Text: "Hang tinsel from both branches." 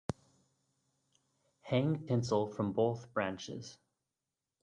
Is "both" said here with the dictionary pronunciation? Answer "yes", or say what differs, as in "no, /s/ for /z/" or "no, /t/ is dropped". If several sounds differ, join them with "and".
yes